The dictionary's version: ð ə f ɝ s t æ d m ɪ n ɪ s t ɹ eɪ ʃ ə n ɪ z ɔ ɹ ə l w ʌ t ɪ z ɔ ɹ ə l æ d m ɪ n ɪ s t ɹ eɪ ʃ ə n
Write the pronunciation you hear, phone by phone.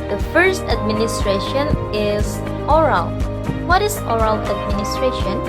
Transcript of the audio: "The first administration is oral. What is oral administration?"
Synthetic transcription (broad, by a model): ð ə f ɝ s t æ d m ɪ n ɪ s t ɹ eɪ ʃ ə n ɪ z ɔ ɹ ə l w ʌ t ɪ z ɔ ɹ ə l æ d m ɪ n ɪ s t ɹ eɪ ʃ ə n